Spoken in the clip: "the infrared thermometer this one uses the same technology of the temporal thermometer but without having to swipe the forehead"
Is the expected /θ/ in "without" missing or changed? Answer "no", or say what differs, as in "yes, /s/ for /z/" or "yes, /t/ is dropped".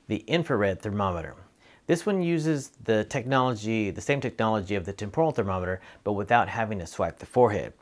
no